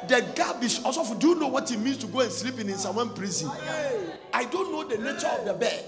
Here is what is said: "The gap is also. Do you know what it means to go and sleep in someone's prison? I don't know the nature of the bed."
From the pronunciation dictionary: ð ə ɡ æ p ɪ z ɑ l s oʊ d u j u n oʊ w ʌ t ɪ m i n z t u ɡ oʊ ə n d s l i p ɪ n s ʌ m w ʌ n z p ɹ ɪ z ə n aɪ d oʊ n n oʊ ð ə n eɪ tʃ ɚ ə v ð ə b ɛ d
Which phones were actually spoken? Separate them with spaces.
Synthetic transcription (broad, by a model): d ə ɡ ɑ b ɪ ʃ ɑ s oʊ d u j u n oʊ w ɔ t ɪ m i n s t u ɡ oʊ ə n s l i p ɪ n s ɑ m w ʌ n p ɹ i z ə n aɪ d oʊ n n oʊ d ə n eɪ tʃ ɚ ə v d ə b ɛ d